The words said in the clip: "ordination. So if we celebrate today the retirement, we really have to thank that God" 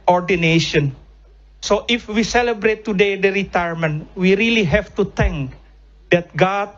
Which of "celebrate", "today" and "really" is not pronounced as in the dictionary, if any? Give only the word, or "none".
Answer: none